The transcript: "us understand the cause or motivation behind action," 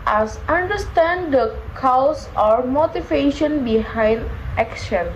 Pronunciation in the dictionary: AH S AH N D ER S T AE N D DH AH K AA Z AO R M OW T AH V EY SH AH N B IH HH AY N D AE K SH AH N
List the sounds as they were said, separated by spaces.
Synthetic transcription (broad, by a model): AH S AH N D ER S T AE N D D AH K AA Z AO R M OW T AH V EY SH AH N B IH HH AY N D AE K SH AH N